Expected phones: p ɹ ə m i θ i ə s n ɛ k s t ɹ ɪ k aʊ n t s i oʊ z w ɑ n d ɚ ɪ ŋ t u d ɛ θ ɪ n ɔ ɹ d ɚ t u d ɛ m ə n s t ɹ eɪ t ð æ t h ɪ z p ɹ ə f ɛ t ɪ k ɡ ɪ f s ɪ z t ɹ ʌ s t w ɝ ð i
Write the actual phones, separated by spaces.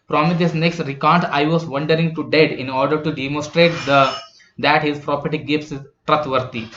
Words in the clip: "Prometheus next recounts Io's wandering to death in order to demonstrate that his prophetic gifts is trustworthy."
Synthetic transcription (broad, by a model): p ɹ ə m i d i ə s n ɛ k s t ɹ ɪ k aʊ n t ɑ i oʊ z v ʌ n d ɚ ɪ ŋ t u d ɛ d ɪ n ɔ ɹ d ɚ t u d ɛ m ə n s t ɹ eɪ t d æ t h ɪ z p ɹ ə p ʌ t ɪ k ɡ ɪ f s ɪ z t ɹ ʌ t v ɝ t i